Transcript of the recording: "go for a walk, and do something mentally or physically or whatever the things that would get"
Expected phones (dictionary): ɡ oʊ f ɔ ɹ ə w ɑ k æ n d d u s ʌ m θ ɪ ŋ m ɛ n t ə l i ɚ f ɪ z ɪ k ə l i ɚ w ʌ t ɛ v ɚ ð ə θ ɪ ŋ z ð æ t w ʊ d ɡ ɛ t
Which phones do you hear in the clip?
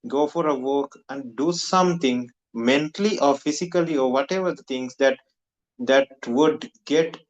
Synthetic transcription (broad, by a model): ɡ oʊ f ɔ ɹ ə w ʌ k æ n d d u s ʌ m t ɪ ŋ m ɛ n t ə l i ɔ f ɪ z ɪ k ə l i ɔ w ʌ t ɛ v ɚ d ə t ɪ ŋ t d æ t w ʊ d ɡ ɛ t